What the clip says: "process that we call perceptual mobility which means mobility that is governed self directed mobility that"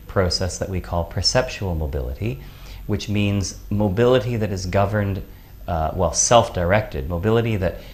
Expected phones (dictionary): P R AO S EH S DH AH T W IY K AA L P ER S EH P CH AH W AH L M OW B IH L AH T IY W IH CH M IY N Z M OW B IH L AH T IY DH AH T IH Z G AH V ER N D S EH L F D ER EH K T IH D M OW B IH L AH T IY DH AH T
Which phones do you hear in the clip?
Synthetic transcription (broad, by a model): P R AO S EH S DH AH T W IY K AA L P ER S EH P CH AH L M OW B IH L AH T IY W IH CH M IY N Z M OW B IH L AH T IY DH AH T IH Z G AH V ER N D S EH L F D ER EH K T IH D M OW B IH L AH T IY DH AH T